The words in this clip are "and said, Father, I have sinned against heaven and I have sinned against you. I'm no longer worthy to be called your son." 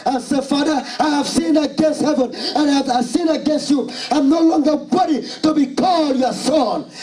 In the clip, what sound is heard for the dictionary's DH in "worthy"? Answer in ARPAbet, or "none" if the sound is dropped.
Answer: none